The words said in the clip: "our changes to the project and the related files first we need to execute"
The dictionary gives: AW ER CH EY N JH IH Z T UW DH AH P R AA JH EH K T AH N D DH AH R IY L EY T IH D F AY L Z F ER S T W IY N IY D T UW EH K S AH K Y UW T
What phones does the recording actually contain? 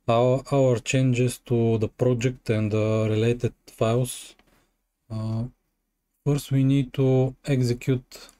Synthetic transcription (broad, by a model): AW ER CH EY N JH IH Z T UW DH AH P R AA JH EH K T AH N D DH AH R IY L EY T IH D F AY L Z F ER S T W IY N IY D T UW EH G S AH K Y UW T